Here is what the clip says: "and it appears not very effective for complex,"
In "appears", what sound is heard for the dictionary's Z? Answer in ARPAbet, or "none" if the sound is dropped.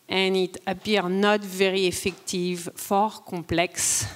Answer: none